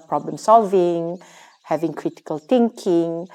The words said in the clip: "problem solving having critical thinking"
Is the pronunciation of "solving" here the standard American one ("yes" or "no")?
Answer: yes